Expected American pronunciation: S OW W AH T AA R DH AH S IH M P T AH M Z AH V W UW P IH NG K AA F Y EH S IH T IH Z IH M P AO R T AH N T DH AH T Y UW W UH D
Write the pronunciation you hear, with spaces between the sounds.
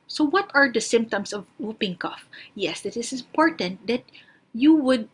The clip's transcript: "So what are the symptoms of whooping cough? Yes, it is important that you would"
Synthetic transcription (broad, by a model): S OW W AH T AA R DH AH S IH M P T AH M S AH V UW P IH NG K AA F Y EH S IH T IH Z IH M P AO R T AH N T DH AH T Y UW W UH D